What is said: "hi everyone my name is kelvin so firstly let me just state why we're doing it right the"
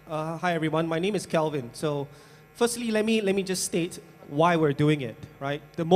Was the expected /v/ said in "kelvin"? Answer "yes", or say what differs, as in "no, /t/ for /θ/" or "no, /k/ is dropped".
yes